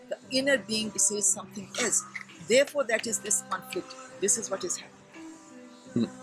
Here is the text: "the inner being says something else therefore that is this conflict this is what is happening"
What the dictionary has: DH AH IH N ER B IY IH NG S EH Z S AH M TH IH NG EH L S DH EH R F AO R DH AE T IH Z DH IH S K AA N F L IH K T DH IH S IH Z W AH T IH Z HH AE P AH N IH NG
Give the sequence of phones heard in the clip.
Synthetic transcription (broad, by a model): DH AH IH N ER B IY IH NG S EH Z S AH M T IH NG EH L S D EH R F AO R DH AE T IH Z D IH S K AA N F L IH K T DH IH S IH Z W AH T IH Z HH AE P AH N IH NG